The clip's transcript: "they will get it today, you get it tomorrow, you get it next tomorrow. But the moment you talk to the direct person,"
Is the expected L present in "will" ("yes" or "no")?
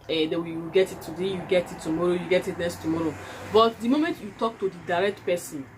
no